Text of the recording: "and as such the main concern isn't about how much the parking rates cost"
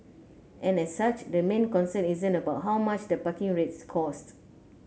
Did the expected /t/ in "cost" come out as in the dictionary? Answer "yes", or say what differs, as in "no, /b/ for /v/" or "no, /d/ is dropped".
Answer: yes